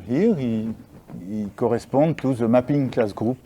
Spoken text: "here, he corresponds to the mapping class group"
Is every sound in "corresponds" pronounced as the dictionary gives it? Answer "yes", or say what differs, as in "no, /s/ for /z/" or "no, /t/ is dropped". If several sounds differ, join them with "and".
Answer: no, /n/ is dropped and /z/ is dropped